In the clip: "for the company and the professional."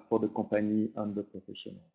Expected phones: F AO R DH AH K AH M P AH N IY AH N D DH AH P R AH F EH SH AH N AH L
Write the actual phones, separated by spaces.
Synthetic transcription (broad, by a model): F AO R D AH K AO P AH N IY AH N D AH P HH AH F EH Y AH N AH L